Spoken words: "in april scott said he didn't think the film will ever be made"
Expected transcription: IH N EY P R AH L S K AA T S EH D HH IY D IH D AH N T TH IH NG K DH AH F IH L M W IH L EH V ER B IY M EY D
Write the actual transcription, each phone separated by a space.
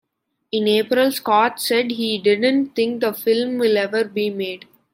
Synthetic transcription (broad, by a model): IH N EY P R AH L S K AA T S EH D HH IY D IH D AH N T T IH NG K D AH F IH L M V IH L EH V ER B IY M EY D